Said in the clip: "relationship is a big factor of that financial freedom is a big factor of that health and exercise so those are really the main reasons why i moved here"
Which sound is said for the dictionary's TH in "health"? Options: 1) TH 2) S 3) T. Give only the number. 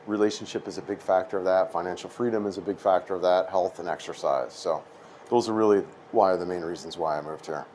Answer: 1